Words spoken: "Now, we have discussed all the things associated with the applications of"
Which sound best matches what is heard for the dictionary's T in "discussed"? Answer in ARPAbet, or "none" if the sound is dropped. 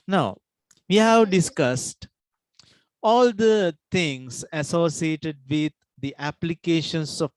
T